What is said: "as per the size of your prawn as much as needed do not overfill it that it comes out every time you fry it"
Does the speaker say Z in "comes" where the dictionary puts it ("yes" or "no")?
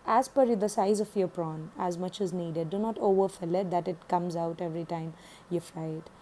yes